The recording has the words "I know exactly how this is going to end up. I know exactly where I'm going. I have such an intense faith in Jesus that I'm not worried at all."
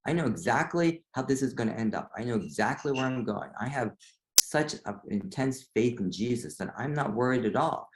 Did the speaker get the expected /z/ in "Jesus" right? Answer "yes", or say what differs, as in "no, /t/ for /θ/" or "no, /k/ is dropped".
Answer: yes